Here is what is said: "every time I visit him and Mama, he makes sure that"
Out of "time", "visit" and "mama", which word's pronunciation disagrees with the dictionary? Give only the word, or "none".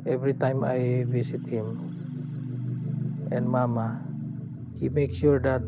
visit